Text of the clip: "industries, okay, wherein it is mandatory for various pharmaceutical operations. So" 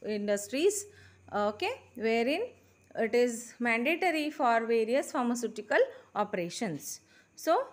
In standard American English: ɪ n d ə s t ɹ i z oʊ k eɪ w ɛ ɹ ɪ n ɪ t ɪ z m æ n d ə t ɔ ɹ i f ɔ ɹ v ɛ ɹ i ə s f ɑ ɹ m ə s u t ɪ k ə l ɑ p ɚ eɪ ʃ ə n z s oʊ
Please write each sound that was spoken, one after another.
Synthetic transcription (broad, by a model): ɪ n d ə s t ɹ i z oʊ k eɪ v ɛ ɹ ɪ n ɪ t ɪ z m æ n d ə t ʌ ɹ i f ɔ ɹ v ɛ ɹ i ə s f ɑ ɹ m ə s u t ɪ k ə l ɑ p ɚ eɪ ʃ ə n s oʊ